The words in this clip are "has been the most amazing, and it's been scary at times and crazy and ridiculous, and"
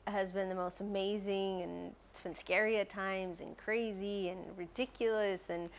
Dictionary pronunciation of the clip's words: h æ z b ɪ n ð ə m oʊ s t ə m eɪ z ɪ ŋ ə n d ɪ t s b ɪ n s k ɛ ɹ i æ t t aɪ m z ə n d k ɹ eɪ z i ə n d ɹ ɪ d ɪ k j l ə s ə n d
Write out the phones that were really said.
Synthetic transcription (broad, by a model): h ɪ z b ɪ n ð ə m oʊ s t ə m eɪ z ɪ ŋ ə n s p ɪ n s k ɛ ɹ i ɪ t t aɪ m z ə n k ɹ eɪ z i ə n ɹ ɪ d ɪ k j l ə s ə n